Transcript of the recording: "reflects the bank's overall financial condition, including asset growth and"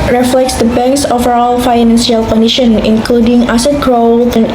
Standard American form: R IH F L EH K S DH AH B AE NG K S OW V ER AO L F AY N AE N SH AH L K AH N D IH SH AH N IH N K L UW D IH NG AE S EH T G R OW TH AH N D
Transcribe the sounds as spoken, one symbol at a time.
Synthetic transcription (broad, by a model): R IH F L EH K S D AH B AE NG K S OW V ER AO L F AY N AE N S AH L K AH N D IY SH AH N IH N K L UW D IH NG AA S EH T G R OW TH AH N